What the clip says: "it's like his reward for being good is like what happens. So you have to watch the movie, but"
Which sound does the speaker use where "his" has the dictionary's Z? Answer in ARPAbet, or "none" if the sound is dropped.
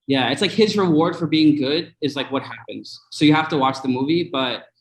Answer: Z